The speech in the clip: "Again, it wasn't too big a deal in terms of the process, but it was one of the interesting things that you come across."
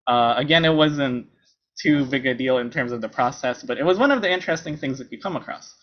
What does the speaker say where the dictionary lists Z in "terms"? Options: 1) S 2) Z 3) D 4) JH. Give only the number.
2